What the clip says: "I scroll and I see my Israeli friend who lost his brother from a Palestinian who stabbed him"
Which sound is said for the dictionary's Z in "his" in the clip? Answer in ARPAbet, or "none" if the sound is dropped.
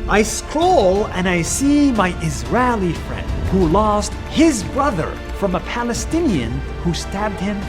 Z